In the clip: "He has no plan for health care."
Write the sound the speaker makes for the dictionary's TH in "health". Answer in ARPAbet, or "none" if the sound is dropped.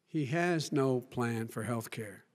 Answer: TH